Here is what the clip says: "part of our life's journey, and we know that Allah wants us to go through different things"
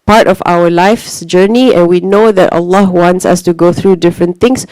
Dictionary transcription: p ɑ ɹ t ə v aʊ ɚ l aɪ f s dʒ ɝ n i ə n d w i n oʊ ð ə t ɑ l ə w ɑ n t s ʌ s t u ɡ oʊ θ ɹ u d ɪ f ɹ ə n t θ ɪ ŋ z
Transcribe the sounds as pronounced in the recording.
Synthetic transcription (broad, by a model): p ɑ ɹ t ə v aʊ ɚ l aɪ f s dʒ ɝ n i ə n w i n oʊ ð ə t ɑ l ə w ɑ n t s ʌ s t u ɡ oʊ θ ɹ u d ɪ f ɹ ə n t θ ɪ ŋ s